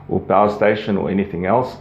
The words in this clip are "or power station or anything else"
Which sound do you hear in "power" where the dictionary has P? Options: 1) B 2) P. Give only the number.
1